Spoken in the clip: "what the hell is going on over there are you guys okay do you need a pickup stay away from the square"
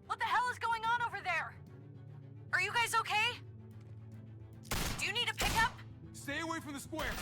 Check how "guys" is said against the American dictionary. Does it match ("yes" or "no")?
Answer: yes